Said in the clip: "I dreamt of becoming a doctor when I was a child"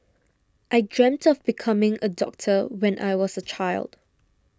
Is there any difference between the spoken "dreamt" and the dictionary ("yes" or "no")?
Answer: no